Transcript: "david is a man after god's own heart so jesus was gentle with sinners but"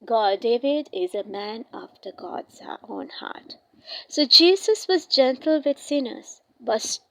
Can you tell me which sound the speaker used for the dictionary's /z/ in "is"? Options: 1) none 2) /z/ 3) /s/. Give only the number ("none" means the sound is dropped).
2